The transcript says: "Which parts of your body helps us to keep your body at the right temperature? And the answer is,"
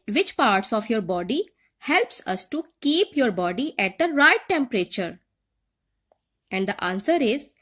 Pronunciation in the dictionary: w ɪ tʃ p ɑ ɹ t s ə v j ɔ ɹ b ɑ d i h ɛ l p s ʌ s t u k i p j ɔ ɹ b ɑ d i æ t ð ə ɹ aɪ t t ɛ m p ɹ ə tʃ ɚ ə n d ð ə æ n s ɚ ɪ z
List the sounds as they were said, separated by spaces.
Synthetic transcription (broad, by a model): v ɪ tʃ p ɑ ɹ t s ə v j ɔ ɹ b ɑ d i h ɛ l p s ʌ s t u k i p j ɔ ɹ b ɑ d i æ t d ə ɹ aɪ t t ɛ m p ɹ ə tʃ ɚ ə n d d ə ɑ n s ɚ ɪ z